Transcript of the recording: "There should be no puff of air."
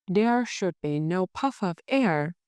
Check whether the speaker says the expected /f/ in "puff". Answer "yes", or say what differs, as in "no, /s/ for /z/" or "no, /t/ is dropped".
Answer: yes